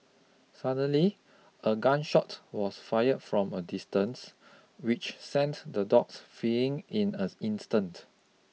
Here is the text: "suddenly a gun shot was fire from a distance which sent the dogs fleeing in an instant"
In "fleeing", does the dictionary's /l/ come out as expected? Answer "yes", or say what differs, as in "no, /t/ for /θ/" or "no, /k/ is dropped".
no, /l/ is dropped